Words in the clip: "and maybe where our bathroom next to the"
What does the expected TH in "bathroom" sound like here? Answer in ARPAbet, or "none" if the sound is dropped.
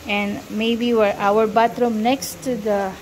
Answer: T